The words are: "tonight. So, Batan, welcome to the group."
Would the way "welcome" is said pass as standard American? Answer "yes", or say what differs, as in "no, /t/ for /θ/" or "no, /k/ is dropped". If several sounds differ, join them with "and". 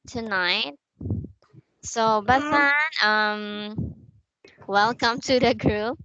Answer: yes